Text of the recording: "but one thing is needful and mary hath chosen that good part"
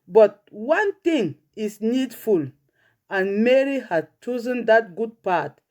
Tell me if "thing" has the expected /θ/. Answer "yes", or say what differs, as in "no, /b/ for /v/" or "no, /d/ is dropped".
no, /t/ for /θ/